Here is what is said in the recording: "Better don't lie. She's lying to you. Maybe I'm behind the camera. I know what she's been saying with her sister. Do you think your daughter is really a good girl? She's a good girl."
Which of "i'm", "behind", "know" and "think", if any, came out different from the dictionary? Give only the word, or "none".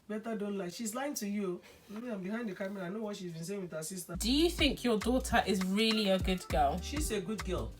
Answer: none